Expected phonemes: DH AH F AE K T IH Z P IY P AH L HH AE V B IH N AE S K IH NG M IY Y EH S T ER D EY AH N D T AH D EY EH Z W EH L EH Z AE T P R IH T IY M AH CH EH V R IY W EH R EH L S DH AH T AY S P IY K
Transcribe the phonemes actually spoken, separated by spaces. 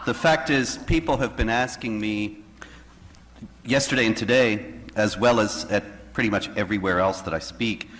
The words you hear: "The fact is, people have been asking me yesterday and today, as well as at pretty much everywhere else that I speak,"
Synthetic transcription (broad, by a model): DH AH F AE K T IH Z P IY P L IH V B IH N AE S K IH NG M IY Y EH S T ER D EY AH N T AH D EY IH Z W EH L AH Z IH T P R IH T IY M AH CH EH V R IY W EH R EH L S DH AH T AY S P IY K